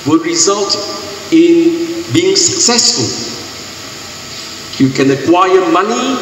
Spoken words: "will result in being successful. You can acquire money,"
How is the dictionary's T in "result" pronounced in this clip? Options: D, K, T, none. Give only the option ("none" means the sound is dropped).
T